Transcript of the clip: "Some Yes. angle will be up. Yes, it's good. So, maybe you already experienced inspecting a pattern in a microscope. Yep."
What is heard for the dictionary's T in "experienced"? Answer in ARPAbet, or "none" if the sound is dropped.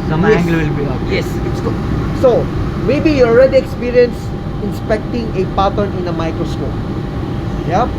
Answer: none